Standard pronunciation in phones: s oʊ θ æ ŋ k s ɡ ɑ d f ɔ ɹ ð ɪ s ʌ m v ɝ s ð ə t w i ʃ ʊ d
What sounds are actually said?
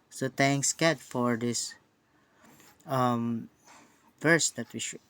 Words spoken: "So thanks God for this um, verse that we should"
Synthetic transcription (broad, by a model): s oʊ t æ ŋ k s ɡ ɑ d f ɔ ɹ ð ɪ s ʌ m v ɝ s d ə t w i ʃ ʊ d